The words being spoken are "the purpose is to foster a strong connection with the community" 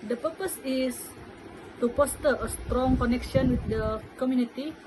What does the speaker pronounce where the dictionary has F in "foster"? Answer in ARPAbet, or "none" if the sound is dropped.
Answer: P